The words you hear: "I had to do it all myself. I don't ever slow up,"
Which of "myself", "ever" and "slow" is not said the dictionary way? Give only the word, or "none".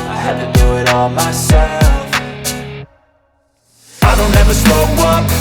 slow